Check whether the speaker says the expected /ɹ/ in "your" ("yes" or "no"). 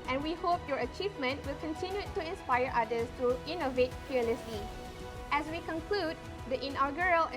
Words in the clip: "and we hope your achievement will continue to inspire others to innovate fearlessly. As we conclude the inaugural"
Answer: yes